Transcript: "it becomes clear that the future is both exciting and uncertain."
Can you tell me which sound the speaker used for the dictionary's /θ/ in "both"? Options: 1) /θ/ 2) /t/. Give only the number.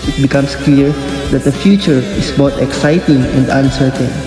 2